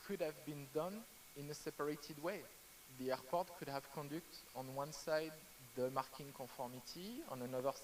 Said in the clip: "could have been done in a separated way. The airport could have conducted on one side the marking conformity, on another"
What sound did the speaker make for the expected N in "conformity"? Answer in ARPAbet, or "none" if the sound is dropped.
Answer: none